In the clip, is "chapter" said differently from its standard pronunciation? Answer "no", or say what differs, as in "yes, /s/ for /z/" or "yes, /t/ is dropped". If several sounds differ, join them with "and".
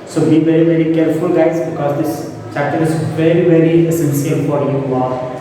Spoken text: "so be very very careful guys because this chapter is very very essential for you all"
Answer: yes, /p/ is dropped